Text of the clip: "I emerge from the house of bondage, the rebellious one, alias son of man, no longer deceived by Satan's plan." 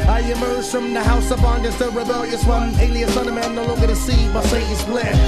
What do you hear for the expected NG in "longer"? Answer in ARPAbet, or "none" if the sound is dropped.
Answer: none